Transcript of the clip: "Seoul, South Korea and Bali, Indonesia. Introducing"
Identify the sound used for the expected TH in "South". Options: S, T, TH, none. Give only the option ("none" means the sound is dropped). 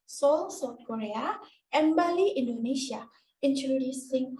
T